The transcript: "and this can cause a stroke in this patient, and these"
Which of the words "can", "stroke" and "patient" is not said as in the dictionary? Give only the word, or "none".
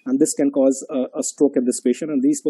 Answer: patient